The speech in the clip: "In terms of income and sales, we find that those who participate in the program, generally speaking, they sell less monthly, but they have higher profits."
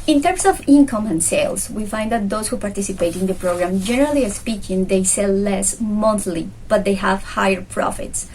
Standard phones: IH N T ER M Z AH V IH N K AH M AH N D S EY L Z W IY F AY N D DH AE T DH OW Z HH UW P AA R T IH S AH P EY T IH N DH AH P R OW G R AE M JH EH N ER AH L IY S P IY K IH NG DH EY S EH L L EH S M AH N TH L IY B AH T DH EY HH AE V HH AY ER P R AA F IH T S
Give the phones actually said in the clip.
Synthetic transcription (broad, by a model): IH N T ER M S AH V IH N K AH M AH N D S EY L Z W IY F AY N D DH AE T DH OW S HH UW P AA R T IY S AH P EY T IH N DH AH P R OW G R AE M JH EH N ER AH L IY S P IY K IH NG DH EY S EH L L EH S M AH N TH L IY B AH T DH EY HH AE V HH AY ER P R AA F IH T S